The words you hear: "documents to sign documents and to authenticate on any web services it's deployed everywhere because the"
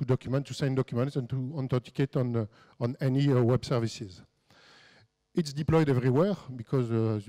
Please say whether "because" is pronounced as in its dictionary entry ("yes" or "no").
yes